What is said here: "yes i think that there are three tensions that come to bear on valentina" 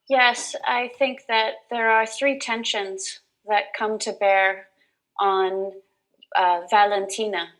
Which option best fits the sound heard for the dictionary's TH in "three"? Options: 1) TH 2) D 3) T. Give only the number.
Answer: 1